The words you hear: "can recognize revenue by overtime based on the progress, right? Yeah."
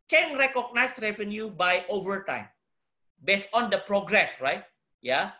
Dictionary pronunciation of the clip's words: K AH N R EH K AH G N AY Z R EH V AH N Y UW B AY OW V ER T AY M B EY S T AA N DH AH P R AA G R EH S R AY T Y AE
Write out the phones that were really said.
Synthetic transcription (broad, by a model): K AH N R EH K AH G N AY S R EH V AH N Y UW B AY OW V ER T AY M B EY S T AA N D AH P R AA G R EH S R AY T Y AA